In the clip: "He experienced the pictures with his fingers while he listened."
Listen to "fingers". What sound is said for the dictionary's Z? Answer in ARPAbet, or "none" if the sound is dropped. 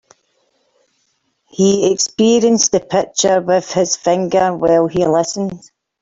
none